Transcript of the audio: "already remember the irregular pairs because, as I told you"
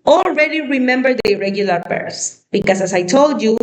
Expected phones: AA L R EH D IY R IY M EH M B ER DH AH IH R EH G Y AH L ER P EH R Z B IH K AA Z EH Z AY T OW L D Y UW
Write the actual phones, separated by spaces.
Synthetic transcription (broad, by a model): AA L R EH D IY R IY M EH M B ER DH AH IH R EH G Y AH L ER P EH R S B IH K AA S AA S AY T OW L D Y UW